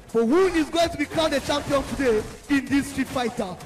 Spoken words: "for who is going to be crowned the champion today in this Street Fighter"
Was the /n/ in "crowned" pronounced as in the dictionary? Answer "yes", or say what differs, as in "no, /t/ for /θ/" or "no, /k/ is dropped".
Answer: no, /n/ is dropped